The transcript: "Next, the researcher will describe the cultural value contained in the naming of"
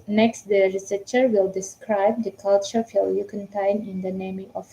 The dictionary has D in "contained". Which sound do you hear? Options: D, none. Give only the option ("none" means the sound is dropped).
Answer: none